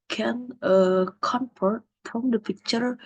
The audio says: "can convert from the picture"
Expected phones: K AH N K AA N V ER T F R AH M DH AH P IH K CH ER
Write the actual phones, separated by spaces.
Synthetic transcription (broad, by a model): K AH N K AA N F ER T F R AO M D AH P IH K CH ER